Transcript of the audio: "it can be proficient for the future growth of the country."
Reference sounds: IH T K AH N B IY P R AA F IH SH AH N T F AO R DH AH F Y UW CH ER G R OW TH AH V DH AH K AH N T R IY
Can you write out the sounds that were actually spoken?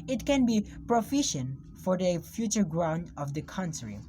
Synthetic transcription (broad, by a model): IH T K AH N B IY P R AA F IH SH AH N T F AO R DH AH F Y UW CH ER G R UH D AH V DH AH K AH N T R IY